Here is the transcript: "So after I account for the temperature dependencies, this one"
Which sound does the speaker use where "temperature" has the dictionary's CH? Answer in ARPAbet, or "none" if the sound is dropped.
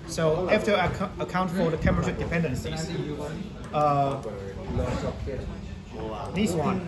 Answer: SH